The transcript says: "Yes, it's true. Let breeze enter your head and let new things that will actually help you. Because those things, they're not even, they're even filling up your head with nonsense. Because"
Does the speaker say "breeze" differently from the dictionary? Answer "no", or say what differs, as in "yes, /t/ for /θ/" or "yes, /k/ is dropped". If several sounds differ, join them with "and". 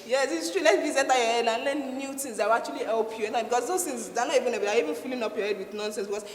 yes, /ɹ/ is dropped